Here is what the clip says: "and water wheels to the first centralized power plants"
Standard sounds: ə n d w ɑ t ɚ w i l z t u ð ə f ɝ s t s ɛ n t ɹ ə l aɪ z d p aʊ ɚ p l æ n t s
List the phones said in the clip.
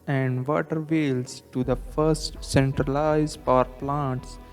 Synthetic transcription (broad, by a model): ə n d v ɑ t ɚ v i l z t u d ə f ɝ s t s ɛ n t ɹ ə l aɪ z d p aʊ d p l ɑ n t s